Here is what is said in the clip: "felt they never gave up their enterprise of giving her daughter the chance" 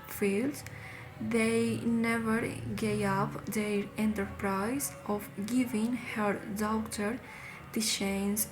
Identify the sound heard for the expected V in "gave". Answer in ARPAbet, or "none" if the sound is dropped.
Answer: none